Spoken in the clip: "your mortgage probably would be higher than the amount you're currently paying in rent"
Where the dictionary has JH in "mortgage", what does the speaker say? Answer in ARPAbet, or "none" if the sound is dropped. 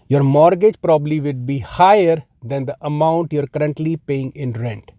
JH